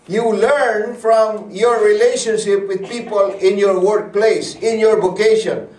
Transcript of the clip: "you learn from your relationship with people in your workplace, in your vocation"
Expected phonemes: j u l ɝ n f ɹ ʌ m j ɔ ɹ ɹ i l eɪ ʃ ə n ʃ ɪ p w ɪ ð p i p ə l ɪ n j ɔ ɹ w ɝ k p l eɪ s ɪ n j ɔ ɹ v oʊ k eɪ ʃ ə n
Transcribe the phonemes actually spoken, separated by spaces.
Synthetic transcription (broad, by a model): j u l ɝ n f ɹ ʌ m j ɔ ɹ ɹ i l eɪ ʃ ə n ʃ ɪ p w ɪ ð p i p ə l ɪ n j ɔ ɹ w ɝ k p l eɪ s ɪ n j ɔ ɹ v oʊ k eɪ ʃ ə n